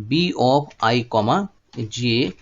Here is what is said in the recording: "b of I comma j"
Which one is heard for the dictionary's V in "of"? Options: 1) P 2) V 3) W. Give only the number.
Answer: 1